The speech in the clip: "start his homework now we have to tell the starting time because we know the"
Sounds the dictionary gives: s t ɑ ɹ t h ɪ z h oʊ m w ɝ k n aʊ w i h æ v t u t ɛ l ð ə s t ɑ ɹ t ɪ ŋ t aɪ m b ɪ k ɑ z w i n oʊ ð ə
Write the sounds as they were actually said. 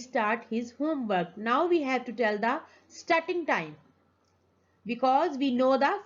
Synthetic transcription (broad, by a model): s t ɑ ɹ t h ɪ z h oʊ m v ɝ k n aʊ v i h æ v t u t ɛ l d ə s t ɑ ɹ t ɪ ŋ t aɪ m b ɪ k ɑ z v i n oʊ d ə